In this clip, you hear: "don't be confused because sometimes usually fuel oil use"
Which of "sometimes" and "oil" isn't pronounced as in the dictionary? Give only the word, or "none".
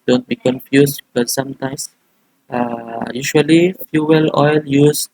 sometimes